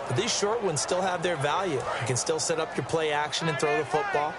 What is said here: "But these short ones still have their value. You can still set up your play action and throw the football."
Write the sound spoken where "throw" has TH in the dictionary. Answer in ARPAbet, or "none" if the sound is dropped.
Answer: TH